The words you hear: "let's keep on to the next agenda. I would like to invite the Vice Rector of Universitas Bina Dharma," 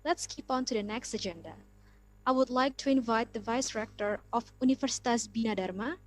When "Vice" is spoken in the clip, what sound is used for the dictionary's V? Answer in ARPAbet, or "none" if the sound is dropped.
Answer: V